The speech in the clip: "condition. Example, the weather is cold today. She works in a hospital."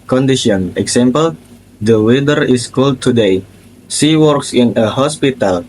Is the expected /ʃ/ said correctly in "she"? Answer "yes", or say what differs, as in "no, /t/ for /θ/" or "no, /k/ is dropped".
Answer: no, /s/ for /ʃ/